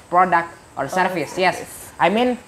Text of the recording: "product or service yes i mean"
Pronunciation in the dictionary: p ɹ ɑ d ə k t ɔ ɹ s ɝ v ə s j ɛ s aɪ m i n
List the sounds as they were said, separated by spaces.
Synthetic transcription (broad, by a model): p ɹ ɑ d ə k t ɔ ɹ s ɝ f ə s j ɛ s aɪ m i n